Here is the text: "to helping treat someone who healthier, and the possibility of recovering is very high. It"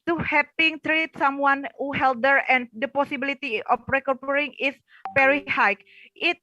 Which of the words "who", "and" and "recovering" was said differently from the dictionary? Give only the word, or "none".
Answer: recovering